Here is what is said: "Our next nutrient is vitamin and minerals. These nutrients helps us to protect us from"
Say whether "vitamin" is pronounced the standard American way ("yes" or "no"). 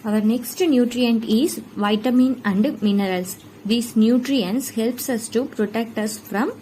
yes